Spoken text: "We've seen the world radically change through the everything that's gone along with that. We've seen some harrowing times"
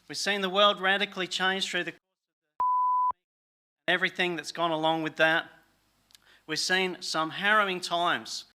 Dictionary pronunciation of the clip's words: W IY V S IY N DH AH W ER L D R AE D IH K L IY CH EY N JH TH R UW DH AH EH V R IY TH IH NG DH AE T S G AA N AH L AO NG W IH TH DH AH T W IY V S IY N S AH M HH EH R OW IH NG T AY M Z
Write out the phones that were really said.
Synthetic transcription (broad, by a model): W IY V S IY N DH AH W ER L D R AE D IH K L IY CH EY N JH TH R UW DH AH EH V R IY TH IH NG DH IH T S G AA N AH L AO NG W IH DH AH T W IY V S IY N S AH M HH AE R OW IH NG T AY M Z